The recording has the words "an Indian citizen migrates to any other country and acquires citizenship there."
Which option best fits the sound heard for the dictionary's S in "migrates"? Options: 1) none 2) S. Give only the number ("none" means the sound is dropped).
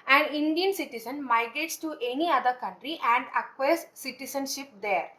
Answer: 2